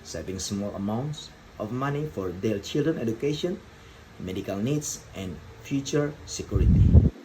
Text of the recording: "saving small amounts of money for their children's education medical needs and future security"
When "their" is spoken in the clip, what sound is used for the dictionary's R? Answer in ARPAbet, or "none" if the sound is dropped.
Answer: L